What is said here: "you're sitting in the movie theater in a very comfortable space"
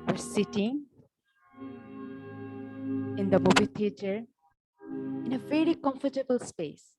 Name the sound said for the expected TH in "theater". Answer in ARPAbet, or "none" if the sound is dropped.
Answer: T